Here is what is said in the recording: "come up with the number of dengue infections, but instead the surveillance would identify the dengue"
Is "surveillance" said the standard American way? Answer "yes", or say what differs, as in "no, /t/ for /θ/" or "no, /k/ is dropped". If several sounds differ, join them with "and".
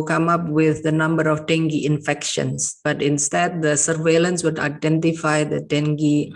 yes